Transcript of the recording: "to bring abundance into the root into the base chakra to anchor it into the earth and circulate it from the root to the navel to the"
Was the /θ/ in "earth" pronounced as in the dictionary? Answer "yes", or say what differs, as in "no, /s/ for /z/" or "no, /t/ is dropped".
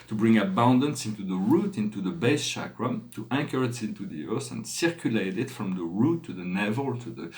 no, /s/ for /θ/